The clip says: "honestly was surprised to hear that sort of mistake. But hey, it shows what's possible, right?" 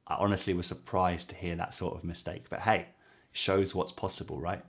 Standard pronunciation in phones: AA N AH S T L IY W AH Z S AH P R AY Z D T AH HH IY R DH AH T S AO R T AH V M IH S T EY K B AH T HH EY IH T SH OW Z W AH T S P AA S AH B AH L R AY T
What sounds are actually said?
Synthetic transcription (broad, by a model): AA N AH S T L IY W AH Z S AH P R AY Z T AH HH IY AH DH AH T S AO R T AH V M IH S T EY K B AH T HH EY IH T SH OW Z W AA T S P AA S AH B AH L R AY T